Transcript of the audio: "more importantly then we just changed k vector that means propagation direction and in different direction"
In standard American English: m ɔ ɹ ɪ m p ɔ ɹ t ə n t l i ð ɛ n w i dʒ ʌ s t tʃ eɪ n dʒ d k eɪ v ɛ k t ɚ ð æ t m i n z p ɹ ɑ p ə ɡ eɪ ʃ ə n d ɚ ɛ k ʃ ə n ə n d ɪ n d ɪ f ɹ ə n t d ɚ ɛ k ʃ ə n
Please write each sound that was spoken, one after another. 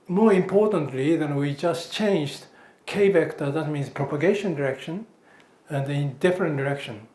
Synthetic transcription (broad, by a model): m ɔ ɹ ɪ m p ɔ ɹ t ə n t l i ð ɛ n w i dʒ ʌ s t tʃ eɪ n dʒ d k eɪ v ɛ k t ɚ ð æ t m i n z p ɹ ɑ p ə ɡ eɪ ʃ ə n d ɚ ɛ k ʃ ə n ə n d ɪ n d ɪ f ɹ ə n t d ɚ ɛ k ʃ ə n